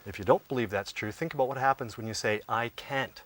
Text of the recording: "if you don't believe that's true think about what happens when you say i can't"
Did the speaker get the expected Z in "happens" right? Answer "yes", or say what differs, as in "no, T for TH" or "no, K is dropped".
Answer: yes